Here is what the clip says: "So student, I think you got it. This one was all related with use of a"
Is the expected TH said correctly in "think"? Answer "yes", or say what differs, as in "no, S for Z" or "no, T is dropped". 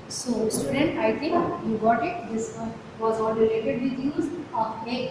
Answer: no, T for TH